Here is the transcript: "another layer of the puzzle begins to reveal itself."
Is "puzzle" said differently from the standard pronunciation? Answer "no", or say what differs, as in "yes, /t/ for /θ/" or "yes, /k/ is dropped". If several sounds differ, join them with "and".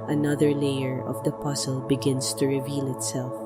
yes, /s/ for /z/